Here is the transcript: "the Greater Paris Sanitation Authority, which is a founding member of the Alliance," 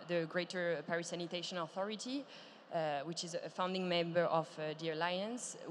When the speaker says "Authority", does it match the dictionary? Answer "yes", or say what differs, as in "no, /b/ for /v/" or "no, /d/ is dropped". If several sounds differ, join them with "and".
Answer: yes